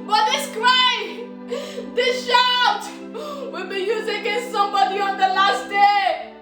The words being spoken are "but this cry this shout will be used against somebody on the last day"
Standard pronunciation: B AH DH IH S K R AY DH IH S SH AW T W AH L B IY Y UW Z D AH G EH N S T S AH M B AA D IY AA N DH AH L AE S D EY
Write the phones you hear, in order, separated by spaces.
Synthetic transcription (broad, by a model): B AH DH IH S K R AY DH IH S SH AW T W AH L B IY Y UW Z AH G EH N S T S AH M B AA D IY AA N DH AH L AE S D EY